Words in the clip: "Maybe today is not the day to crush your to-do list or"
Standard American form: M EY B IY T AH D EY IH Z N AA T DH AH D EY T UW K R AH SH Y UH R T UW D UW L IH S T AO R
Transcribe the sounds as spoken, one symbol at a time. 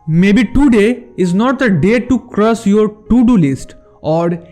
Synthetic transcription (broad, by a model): M EY B IY T AH D EY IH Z N AA T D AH D EY T UW K R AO S Y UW R T UW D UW L IH S T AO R